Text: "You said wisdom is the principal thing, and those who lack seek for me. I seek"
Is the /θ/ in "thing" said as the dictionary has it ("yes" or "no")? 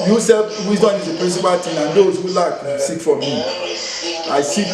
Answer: no